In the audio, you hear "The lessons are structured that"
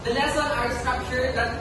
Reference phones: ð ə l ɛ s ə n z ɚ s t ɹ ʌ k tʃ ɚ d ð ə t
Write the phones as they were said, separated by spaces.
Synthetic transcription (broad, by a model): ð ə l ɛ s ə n ɚ s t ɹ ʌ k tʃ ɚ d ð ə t